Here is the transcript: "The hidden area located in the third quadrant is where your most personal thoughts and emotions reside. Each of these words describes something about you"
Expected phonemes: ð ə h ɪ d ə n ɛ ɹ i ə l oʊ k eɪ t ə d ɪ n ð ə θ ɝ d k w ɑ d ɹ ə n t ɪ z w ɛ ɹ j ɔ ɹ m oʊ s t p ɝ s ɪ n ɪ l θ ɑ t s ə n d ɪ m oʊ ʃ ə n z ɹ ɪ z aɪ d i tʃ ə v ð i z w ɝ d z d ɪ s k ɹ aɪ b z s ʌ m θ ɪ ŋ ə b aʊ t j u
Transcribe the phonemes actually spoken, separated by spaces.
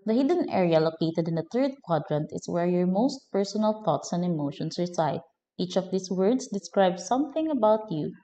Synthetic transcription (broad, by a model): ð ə h ɪ d ə n ɛ ɹ i ə l oʊ k eɪ t ə d ɪ n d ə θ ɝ d k w ɑ d ɹ ə n t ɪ s w ɛ ɹ j ɔ ɹ m oʊ s t p ɝ s ɪ n ɪ l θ ɑ t s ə n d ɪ m oʊ ʃ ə n s ɹ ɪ s aɪ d i tʃ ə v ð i s w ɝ d s d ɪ s k ɹ aɪ b s ʌ m θ ɪ ŋ ə b aʊ t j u